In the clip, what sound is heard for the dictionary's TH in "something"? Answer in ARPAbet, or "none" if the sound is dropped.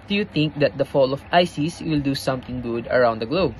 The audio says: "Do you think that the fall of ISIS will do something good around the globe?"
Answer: T